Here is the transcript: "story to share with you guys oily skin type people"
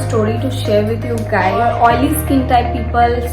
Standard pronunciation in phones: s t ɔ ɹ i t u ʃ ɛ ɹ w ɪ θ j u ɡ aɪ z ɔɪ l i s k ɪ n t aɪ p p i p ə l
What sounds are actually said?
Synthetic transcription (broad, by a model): s t ɔ ɹ i t u ʃ ɛ ɹ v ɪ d j u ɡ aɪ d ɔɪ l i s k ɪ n t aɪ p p i p ə l